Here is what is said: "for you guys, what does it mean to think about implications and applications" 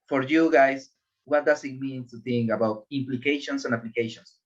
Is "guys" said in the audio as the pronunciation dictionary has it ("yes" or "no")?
no